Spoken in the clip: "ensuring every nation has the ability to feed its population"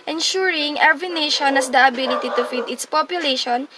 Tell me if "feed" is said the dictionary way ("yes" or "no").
yes